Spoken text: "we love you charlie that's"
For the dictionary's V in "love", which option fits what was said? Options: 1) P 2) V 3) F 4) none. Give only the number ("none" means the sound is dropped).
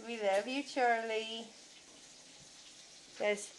3